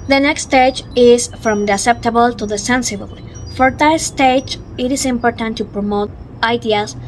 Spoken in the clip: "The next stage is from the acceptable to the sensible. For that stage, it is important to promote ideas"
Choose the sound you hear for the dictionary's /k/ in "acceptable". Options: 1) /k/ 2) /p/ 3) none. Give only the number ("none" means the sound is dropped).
3